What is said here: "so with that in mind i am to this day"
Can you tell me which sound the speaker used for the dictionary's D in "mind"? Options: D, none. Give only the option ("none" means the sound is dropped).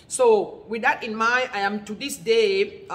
none